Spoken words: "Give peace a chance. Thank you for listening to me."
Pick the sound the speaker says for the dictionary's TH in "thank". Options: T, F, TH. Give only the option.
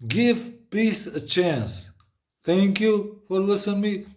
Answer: T